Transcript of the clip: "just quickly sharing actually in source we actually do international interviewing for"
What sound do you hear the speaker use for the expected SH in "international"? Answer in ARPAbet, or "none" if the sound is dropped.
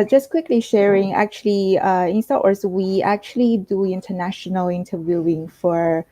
SH